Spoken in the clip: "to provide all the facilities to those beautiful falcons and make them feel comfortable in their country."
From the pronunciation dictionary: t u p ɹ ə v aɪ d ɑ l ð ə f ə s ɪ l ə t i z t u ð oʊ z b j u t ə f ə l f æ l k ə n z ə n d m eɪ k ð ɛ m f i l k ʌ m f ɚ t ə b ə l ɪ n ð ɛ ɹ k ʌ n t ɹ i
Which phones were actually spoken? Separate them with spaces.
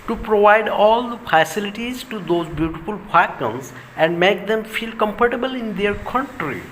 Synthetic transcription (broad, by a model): t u p ɹ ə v aɪ d ɑ l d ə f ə s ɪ l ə t i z t u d oʊ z b j u t ə f ə l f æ k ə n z ə n d m eɪ k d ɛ m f i l k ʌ m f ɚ t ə b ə l ɪ n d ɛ ɹ k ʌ n t ɹ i